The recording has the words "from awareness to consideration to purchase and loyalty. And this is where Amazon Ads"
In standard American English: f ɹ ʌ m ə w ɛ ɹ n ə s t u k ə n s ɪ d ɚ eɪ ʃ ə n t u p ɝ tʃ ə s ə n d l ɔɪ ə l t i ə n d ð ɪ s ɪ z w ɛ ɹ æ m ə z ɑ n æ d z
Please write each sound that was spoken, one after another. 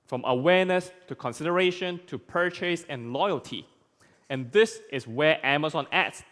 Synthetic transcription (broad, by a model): f ɹ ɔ m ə w ɛ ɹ n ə s t u k ə n s ɪ d ɚ eɪ ʃ ə n t u p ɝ tʃ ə s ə n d l ɔɪ ə l t i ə n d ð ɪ s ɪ s w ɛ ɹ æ m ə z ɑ n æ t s